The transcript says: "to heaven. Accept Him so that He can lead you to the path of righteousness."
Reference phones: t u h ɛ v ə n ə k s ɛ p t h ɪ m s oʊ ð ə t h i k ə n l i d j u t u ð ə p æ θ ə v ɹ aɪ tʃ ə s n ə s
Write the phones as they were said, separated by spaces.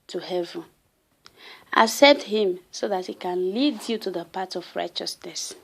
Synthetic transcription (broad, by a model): t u h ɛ v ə n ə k s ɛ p t h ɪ m s oʊ ð ə t h i k ə n l i d j u t u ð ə p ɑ t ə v ɹ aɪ tʃ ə s n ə s